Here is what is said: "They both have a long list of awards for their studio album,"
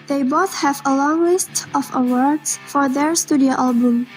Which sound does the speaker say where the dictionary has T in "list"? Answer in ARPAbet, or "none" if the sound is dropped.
T